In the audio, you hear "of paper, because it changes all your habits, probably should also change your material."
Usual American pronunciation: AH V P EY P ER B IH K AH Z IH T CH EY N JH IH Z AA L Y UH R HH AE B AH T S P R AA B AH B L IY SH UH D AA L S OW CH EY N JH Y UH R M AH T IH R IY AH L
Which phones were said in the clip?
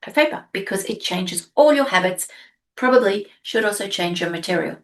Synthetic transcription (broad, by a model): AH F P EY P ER B IH K AH Z IH T CH EY N JH IH Z AA L Y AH R HH AE B AH T S P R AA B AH B L IY SH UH D AA L S OW CH EY N JH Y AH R M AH T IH R IY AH L